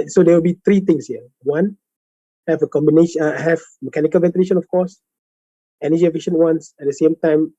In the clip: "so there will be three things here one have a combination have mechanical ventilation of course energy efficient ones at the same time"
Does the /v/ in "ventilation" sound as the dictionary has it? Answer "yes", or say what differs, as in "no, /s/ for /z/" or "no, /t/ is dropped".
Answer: yes